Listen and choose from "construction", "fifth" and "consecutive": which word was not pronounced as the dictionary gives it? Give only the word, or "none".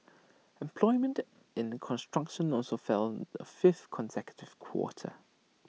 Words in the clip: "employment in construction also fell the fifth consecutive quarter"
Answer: none